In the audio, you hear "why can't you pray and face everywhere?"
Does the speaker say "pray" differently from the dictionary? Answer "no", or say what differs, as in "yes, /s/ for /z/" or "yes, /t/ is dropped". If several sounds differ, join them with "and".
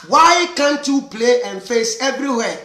yes, /l/ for /ɹ/